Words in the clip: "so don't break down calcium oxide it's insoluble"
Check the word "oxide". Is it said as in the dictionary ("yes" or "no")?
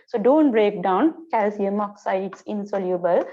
no